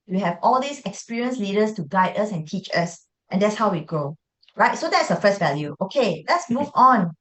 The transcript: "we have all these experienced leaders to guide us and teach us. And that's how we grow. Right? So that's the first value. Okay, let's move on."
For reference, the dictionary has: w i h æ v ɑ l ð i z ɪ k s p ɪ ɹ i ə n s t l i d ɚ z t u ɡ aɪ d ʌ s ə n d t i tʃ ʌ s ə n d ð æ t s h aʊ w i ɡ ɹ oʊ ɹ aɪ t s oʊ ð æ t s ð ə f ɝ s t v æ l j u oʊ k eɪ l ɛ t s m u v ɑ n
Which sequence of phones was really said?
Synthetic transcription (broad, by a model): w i h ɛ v ɑ l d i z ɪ k s p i ɹ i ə n s l i d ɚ s t u ɡ aɪ d ʌ s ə n t i tʃ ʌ s ə n d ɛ t s h aʊ w i ɡ oʊ ɹ aɪ t s oʊ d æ t s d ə f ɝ s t v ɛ l j u oʊ k eɪ l ɛ t s m u v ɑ n